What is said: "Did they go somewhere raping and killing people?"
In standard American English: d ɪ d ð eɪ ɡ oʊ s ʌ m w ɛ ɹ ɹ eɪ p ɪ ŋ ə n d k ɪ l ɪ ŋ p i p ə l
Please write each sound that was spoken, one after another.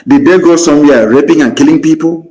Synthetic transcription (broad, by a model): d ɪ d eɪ ɡ oʊ s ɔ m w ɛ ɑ ɹ eɪ p ɪ ŋ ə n k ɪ l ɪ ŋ p i p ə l